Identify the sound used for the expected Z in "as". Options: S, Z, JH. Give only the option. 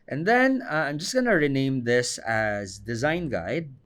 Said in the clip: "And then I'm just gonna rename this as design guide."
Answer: Z